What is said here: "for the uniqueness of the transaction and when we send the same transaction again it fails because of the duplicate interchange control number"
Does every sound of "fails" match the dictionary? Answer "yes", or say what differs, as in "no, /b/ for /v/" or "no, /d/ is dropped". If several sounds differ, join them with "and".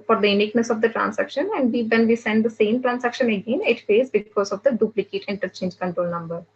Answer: no, /l/ is dropped